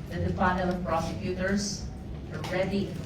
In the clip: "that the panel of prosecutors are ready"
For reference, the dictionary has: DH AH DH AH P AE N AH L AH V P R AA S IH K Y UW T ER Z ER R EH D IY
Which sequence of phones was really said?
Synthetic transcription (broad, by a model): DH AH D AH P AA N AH N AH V P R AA S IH K Y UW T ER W ER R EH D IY